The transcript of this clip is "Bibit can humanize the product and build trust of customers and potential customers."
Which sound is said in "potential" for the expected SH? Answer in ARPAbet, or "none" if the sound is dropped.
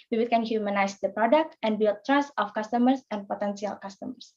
S